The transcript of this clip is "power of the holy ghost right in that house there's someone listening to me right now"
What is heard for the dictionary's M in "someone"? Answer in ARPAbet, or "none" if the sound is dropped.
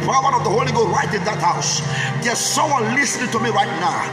none